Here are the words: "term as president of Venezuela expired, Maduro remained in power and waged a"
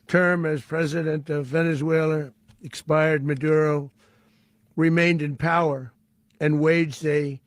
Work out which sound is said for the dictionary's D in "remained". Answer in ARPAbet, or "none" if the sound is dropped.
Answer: D